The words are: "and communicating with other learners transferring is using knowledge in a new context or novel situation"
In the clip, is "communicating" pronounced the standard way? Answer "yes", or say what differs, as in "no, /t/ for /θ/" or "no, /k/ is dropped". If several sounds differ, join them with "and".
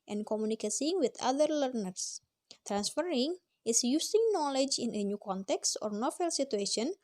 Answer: no, /s/ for /t/